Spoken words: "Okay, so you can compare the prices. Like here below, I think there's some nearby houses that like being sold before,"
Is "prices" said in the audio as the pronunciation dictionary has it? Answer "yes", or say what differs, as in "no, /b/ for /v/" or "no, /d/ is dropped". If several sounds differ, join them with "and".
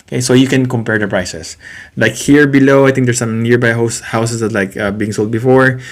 no, /s/ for /z/